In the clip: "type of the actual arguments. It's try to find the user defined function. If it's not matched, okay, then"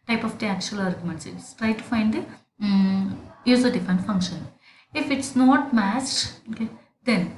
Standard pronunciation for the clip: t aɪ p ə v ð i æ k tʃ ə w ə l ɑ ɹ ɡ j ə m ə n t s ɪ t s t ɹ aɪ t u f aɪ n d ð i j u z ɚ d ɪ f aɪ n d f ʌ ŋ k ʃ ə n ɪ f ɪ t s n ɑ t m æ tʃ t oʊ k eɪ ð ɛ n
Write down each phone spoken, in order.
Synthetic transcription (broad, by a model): t aɪ p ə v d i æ k tʃ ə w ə l ɑ ɹ ɡ j ə m ə n t s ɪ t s t ɹ aɪ t u f aɪ n d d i j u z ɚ d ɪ f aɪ n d f ʌ ŋ k ʃ ə n ɪ f ɪ t s n ɑ t m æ s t oʊ k eɪ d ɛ n